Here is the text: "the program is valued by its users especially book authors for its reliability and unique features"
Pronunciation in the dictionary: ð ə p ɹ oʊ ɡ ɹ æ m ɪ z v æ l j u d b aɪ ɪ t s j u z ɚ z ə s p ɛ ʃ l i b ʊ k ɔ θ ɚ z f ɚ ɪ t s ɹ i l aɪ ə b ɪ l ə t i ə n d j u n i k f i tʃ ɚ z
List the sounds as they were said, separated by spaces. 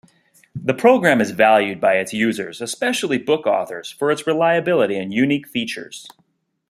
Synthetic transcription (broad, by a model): ð ə p ɹ oʊ ɡ ɹ æ m ɪ z v æ l j u d b aɪ ɪ t s j u z ɚ z ə s p ɛ ʃ l i b ʊ k ɔ θ ɚ z f ɚ ɪ t s ɹ i l aɪ ə b ɪ l ə t i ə n j u n i k f i tʃ ɚ z